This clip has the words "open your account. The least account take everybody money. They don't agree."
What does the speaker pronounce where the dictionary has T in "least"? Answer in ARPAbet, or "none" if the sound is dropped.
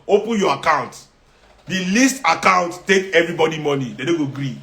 T